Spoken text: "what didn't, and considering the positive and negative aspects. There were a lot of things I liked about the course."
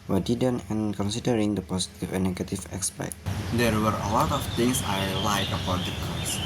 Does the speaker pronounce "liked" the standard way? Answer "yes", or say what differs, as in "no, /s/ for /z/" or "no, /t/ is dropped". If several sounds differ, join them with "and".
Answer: no, /t/ is dropped